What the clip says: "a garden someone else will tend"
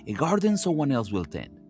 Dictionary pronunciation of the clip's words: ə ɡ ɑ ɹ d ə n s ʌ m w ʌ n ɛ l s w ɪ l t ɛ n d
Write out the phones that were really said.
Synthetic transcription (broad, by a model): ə ɡ ɑ ɹ d ə n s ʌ w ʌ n ɛ l s w ɪ l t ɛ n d